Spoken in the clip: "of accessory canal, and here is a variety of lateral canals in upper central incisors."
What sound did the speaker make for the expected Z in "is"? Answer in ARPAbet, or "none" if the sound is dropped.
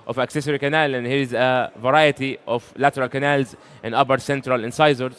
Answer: Z